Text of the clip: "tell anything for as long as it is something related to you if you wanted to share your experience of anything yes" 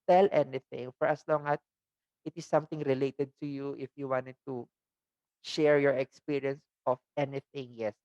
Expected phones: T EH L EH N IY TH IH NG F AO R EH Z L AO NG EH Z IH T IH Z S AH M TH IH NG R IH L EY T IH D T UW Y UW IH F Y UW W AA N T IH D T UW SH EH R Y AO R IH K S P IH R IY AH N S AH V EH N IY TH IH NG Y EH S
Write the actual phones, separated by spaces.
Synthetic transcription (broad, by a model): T EH L EH N IY TH IH NG F AO R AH S L AO NG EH S IH T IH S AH M T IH NG R IH L EY T IH D T UW Y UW IH F Y UW W AA N T IH D T UW SH EH R Y AO R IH K S P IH R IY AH N S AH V EH N IY TH IH NG Y EH S